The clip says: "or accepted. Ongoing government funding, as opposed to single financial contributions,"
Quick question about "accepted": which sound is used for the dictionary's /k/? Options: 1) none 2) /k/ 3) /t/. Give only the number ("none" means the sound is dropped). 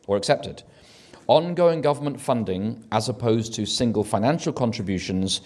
2